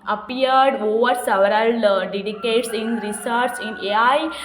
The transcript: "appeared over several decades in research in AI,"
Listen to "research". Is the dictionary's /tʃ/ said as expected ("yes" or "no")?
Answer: no